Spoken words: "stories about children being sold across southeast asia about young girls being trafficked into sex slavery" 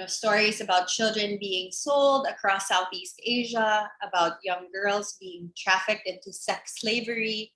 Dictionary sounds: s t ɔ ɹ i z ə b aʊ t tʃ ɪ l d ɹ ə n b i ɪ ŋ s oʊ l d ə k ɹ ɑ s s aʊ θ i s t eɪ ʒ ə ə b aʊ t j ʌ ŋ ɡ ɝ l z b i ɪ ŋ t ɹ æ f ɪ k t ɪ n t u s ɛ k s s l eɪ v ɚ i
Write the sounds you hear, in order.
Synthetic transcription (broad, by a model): s t ɔ ɹ i z ə b aʊ t tʃ ɪ l d ɹ ə n b i ɪ ŋ s oʊ l d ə k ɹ ɑ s s aʊ θ i s t eɪ ʒ ə ə b aʊ t j ʌ ŋ ɡ ɝ l z b i ɪ ŋ t ɹ æ f ɪ k t ɪ n t u s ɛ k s s l eɪ v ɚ i